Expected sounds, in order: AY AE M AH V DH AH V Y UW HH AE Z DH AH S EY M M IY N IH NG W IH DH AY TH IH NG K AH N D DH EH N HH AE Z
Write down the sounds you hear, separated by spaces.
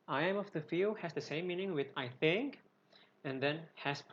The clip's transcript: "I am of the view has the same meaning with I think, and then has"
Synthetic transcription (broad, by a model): AY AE M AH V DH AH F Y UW HH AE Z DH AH S EY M M IY N IH NG W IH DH AY TH IH NG K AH N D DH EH N HH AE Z